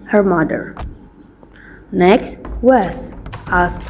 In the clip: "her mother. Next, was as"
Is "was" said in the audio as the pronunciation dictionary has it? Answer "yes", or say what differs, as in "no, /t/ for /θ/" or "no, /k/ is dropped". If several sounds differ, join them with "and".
no, /s/ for /z/